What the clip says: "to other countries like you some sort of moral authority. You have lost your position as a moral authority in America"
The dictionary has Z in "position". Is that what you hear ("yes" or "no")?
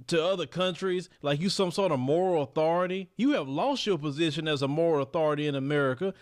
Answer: yes